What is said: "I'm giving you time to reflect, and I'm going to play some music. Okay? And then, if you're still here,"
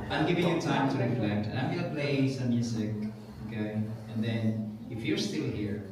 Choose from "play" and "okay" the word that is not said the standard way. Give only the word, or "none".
okay